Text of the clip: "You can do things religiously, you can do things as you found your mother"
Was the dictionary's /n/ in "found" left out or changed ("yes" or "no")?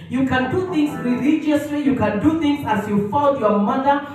yes